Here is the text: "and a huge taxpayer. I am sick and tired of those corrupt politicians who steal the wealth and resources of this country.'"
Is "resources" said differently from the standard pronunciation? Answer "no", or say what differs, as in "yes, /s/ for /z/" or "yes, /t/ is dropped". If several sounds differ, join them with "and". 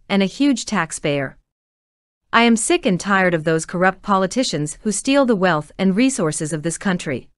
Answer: no